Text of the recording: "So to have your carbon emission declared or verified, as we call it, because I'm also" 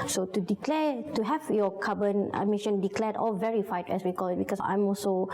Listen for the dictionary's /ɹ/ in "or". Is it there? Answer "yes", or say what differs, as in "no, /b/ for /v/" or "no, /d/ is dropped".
no, /l/ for /ɹ/